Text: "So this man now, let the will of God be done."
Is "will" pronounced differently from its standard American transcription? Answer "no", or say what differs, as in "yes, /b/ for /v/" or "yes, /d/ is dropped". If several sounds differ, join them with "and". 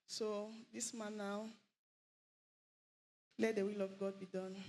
no